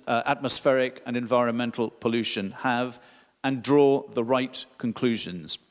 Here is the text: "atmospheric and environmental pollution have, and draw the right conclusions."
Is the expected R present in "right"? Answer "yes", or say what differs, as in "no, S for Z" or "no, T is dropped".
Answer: yes